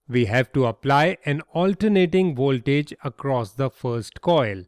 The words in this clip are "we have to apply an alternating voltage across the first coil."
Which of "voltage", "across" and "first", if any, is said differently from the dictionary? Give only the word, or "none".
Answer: none